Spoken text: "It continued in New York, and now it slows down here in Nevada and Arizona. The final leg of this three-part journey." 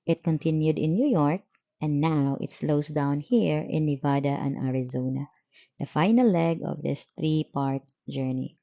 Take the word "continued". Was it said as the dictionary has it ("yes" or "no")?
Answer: yes